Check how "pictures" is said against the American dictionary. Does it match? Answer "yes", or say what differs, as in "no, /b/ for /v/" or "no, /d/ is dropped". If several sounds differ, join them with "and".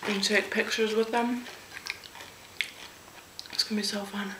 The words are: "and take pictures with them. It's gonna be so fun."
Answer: yes